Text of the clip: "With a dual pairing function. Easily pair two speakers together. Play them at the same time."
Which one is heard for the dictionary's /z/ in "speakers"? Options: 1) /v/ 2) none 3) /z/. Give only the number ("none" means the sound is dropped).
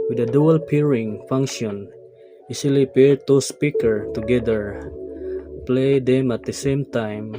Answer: 2